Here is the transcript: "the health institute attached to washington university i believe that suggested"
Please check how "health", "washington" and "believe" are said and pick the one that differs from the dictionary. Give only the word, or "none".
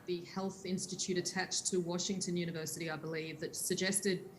none